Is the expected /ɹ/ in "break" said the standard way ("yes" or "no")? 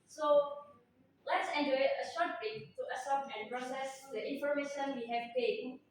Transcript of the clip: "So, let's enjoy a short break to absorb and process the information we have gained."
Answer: no